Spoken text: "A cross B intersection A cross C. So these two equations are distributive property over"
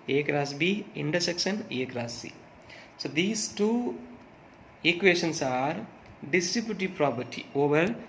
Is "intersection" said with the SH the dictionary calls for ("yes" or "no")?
no